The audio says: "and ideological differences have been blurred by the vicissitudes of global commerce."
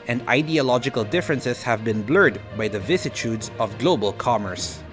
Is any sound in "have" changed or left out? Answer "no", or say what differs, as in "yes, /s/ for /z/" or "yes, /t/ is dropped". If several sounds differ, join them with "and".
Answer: no